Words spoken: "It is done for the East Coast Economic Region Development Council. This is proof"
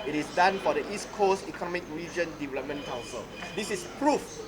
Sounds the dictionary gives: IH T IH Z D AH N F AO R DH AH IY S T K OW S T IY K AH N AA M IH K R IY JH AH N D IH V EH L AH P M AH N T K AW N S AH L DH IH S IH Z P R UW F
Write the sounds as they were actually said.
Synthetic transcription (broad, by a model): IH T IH S D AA N F AO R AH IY S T K OW S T IY K AH N AA M IH K R IY JH AH N D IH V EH L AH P M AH N K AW N S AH L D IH S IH S P R UW F